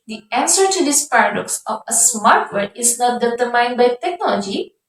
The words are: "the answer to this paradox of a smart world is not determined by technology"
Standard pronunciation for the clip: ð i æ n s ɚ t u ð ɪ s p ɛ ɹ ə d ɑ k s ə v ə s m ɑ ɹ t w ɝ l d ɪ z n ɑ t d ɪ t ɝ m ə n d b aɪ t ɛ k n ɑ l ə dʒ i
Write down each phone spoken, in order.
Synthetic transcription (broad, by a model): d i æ n s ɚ t u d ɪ s p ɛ ɹ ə d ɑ k s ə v ə s m ɑ ɹ t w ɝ d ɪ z n ɑ t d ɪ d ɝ m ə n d b aɪ t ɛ k n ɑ l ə dʒ i